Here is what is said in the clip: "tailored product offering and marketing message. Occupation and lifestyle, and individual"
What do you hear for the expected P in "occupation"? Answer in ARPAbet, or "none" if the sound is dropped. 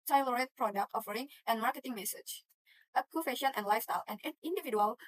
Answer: F